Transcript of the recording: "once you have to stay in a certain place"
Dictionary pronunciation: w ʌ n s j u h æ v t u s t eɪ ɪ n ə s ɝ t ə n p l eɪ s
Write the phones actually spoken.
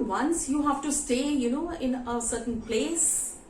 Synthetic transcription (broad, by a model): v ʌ n s j u h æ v t u s t eɪ ɪ n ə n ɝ s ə n p l eɪ s